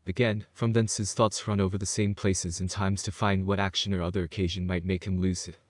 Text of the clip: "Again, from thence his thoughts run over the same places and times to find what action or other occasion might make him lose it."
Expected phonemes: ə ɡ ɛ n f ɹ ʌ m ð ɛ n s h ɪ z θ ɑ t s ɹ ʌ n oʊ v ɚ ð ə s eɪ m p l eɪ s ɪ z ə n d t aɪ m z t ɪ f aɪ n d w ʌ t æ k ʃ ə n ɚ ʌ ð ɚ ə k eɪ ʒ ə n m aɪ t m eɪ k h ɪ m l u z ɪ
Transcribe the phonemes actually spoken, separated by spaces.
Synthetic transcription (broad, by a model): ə ɡ ɛ n f ɹ ʌ m ð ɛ n s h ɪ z θ ɑ t s ɹ ʌ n oʊ v ɚ ð ə s eɪ m p l eɪ s ɪ z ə n t aɪ m z t ɪ f aɪ n d w ʌ t æ k ʃ ə n ɚ ʌ ð ɚ ə k eɪ ʒ ə n m aɪ t m eɪ k h ɪ m l u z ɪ